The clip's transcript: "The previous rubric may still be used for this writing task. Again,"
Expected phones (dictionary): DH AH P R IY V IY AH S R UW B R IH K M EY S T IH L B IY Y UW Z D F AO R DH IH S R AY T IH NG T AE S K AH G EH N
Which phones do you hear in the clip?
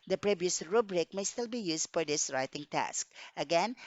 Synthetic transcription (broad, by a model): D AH P R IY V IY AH S R UW B R IH K M EY S T IH L B IY Y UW S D F AO R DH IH S R AY T IH NG T AE S K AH G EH N